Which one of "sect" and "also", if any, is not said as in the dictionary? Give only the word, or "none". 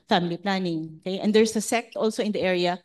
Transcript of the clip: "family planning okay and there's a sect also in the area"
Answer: none